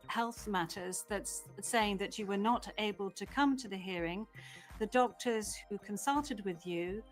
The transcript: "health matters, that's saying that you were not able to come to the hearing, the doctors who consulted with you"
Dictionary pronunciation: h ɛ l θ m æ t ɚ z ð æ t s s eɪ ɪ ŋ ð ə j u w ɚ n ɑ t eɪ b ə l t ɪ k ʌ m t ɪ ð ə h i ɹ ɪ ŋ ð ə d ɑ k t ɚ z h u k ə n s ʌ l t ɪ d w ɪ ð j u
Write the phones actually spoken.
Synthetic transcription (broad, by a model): h ɛ l θ m æ t ɚ z ð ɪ t s s eɪ ɪ ŋ ð ə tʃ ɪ w ɚ n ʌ t eɪ b ə l t ɪ k ʌ m t ɪ ð ə h i ɹ ɪ ŋ ð ə d ɑ k t ɚ z h u k ə n s ʌ l t ɪ d w ɪ ð j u